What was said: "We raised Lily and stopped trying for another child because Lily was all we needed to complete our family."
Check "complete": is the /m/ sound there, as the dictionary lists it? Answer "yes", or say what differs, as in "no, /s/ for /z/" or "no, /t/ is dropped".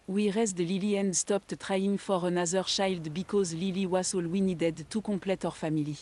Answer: no, /m/ is dropped